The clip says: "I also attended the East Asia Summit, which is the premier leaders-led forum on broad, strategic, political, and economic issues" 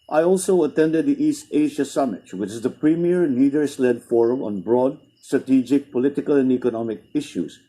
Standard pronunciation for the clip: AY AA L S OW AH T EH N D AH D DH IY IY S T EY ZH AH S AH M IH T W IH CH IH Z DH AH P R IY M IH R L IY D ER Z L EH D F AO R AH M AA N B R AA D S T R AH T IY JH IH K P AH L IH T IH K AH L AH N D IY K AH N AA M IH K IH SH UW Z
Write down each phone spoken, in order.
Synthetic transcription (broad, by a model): AY AA L S OW AH T EH N D AH D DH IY IY S T EY ZH AH S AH M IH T W IH CH IH Z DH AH P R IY M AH R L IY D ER S L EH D F AO R AH M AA N B R AA D S T R AH T IY JH IH K P AH L IH T IH K AH L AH N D IY K AH N AA M IH K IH SH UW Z